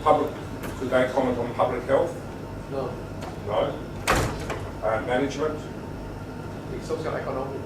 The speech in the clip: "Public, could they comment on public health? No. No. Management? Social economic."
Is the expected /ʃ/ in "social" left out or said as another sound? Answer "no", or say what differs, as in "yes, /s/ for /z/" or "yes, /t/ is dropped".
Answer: yes, /s/ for /ʃ/